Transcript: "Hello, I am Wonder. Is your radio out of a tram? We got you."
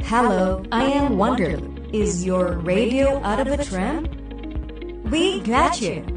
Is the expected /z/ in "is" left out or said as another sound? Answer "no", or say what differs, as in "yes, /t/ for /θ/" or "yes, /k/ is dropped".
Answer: no